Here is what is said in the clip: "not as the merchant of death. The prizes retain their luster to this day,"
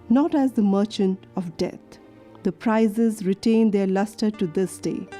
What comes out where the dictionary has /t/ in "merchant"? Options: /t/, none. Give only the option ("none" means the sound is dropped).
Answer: /t/